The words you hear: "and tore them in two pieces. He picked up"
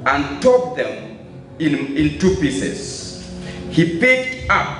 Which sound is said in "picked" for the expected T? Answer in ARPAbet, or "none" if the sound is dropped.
T